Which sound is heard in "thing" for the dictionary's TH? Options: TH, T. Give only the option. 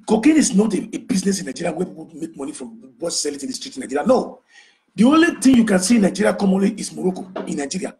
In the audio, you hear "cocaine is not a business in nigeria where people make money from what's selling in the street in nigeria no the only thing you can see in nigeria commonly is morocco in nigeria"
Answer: T